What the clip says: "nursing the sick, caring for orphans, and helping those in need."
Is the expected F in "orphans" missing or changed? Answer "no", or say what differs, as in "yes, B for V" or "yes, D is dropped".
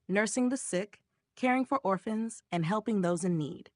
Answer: no